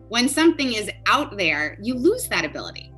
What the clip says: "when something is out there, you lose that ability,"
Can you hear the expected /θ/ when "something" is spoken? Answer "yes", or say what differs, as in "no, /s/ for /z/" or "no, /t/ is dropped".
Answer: yes